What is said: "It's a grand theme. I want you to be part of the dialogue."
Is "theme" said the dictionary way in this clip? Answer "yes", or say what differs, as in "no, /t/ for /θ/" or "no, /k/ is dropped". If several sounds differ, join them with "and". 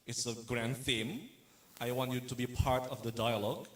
yes